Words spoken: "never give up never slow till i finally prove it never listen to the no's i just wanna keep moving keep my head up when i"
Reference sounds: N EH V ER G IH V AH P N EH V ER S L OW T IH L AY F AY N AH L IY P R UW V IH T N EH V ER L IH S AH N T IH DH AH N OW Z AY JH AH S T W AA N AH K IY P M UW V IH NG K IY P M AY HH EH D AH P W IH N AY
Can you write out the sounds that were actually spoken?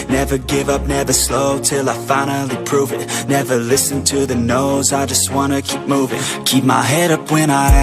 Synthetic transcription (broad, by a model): N EH V ER G IH V AH P N EH V ER S L OW T IH L AY F AY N L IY P R UW V IH T N EH V ER L IH S AH N T IH DH AH N OW Z AY JH AH S T W AA N AH K IY P M UW V IH NG K IY P M AY HH EH D AH P W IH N AY